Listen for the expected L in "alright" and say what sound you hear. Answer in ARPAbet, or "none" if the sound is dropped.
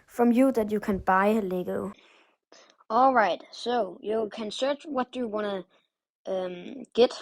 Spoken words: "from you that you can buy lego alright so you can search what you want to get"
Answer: L